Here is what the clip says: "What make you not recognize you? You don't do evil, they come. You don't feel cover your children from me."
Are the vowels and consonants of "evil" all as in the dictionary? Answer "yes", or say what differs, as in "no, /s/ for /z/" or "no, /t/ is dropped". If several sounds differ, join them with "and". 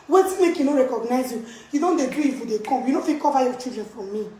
no, /f/ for /v/